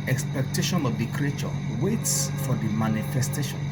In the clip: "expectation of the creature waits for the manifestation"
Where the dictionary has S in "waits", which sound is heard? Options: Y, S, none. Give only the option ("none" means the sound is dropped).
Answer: S